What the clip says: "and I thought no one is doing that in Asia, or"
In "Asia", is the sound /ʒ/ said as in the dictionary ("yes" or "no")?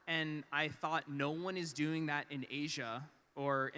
yes